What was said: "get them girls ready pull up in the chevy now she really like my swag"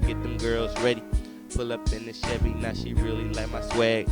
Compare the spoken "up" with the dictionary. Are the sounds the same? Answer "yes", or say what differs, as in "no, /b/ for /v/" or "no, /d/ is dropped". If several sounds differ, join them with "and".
yes